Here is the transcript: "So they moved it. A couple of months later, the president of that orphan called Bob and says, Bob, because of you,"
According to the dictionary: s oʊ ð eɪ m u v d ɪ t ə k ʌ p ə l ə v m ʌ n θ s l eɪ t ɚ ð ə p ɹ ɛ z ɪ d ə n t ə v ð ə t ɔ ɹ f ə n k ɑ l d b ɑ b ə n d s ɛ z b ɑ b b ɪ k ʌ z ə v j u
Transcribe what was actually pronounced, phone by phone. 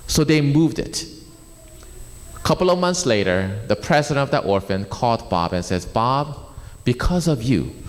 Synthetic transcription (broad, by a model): s oʊ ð eɪ m u v d ɪ t ə k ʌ p l ə v m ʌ n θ s l eɪ t ɚ ð ə p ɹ ɛ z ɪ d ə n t ə v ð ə t ɔ ɹ f ə n k ɑ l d b ɑ b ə n s ɛ z b ɑ b b ɪ k ʌ z ə v j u